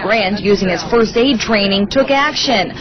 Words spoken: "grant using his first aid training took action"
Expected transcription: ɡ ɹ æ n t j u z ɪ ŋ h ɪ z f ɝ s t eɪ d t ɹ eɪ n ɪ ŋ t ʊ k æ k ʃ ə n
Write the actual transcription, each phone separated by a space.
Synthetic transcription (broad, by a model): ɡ ɹ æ n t j u z ɪ ŋ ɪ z f ɝ s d eɪ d t ɹ eɪ n ɪ ŋ t ʊ k æ k ʃ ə n